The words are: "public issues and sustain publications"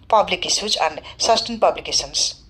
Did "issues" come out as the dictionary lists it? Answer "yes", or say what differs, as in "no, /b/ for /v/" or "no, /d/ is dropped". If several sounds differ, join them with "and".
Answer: no, /s/ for /ʃ/